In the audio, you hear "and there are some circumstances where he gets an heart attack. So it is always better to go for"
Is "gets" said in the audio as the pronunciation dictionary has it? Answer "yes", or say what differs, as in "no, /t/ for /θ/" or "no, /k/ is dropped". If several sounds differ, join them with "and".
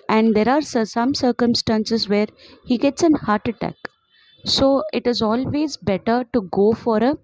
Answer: yes